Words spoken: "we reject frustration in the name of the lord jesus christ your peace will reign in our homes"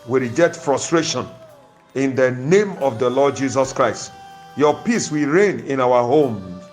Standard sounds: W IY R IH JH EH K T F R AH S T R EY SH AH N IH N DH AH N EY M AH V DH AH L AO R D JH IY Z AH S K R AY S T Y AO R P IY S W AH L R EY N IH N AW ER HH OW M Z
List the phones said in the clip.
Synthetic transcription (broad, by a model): W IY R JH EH T F R AH S T R EY SH AH N IH N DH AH N EY M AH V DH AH L AO D JH IY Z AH S K R AY S T Y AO P IY S W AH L R EY N IH N AW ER HH OW M